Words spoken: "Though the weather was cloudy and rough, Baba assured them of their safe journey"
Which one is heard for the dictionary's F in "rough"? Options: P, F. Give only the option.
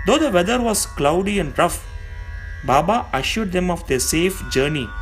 F